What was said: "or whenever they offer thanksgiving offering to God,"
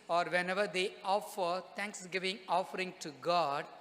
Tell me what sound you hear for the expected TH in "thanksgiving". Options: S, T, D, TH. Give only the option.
T